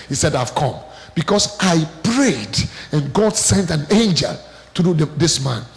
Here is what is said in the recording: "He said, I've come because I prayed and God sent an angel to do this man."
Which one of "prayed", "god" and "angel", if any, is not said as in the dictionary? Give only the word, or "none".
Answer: none